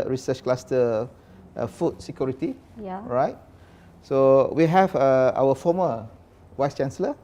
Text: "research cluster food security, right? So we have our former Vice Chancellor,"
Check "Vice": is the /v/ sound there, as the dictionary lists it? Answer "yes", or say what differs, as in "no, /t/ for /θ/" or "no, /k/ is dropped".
no, /w/ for /v/